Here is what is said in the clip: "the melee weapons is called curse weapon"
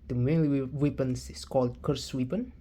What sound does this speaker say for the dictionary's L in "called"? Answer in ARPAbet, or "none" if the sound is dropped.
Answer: L